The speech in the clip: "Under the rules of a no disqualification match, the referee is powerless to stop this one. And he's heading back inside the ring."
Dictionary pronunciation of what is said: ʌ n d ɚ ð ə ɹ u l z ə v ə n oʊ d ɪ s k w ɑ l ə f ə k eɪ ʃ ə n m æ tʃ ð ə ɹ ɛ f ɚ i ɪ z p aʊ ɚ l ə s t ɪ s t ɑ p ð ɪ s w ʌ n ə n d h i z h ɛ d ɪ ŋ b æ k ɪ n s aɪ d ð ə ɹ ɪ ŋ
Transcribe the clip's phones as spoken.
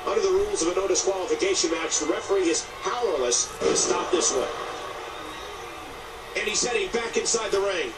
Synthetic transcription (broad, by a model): ʌ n d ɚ ð ə ɹ u l z ə v ə n oʊ d ɪ s k w ɑ l ə f ə k eɪ ʃ ə n m æ tʃ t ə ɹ ɛ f ɚ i ɪ z p aʊ ɚ l ə s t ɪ s t ɑ p ð ɪ s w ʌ ə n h i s ɛ d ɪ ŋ b æ k ɪ n s aɪ d ð ə ɹ ɪ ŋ